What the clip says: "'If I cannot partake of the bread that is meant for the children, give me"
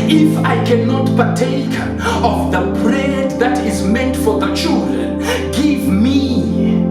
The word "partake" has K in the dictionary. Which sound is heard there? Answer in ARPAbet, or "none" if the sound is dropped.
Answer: K